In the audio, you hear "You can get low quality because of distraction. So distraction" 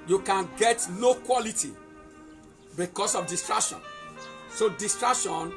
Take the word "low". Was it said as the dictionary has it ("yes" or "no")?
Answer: no